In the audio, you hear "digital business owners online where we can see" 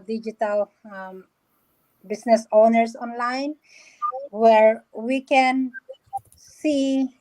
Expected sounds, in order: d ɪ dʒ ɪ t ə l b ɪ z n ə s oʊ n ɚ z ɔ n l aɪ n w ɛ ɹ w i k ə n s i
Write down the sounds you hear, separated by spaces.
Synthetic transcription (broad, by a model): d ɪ dʒ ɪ t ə l b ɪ s n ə s oʊ n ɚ s ɔ n l aɪ n w ɛ ɹ w i k ə n s i